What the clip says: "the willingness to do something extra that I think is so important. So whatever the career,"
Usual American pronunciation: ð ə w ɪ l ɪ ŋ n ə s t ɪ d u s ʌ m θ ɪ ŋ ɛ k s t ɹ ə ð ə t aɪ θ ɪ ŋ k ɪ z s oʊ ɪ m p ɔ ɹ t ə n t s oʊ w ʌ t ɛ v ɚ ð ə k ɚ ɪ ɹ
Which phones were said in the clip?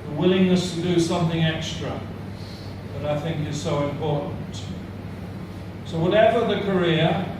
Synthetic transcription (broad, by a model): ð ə w ɪ l ɪ ŋ n ə s t ɪ d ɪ s ʌ m θ ɪ ŋ ɛ k s t ɹ ə ð ə t aɪ θ ɪ ŋ k ɪ z s oʊ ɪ m p ɔ ɹ t n t s oʊ w ʌ t ɛ v ɚ ð ə k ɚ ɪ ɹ